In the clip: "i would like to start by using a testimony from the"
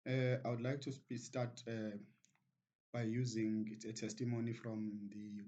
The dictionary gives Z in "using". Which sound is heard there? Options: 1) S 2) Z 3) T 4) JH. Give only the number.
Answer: 2